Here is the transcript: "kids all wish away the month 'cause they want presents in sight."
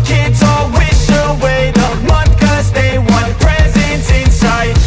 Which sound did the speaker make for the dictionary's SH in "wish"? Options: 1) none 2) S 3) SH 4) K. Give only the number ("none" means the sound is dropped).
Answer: 2